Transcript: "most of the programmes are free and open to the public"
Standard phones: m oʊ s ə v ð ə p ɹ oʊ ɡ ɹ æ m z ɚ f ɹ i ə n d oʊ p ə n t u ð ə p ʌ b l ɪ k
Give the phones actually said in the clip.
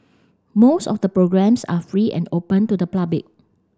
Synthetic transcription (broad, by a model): m oʊ s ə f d ə p ɹ oʊ ɡ ɹ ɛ m s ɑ f ɹ i ə n d oʊ p ə n t u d ə p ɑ b ɪ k